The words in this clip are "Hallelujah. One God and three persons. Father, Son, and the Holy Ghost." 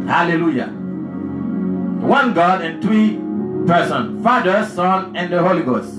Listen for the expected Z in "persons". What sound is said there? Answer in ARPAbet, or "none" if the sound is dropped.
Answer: none